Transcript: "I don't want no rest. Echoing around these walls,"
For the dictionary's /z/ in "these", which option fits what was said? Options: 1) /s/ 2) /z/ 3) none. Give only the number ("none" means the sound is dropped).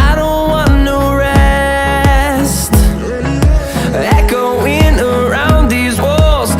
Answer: 2